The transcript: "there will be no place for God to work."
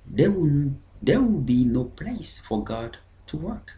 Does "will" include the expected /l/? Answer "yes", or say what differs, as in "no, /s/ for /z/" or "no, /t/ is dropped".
no, /w/ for /l/